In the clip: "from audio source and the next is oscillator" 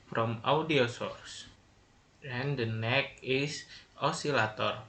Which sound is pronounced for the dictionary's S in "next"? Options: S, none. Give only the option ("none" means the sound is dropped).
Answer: none